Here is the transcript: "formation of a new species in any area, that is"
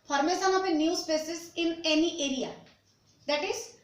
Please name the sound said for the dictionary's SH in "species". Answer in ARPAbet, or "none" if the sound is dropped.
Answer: S